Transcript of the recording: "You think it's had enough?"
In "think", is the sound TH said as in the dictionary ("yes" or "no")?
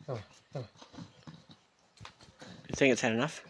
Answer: yes